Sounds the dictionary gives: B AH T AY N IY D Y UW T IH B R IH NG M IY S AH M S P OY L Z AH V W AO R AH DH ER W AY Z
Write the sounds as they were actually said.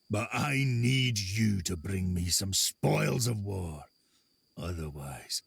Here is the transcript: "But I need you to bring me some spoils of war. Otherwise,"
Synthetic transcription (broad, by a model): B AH T AY N IY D Y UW T IH B R IH NG M IY S AH M S P OY L Z AH V W AO R AH DH ER W AY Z